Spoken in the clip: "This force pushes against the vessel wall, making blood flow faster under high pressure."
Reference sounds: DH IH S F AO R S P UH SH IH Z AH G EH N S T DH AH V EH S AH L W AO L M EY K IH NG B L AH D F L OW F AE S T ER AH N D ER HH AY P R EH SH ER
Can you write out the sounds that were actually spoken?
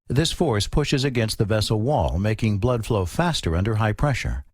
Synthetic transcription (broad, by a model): DH IH S F AO R S P UH SH IH Z AH G EH N S T DH AH V EH S L W AO L M EY K IH NG B L AH D F L OW F AE S T ER AH N D ER HH AY P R EH SH ER